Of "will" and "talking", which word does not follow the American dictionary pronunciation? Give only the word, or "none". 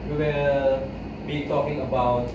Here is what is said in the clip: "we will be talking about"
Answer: will